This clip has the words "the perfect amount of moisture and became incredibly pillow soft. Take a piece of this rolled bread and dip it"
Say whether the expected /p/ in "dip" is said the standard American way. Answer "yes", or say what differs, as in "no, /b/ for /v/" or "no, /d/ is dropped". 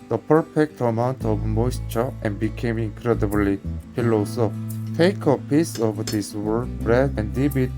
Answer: no, /b/ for /p/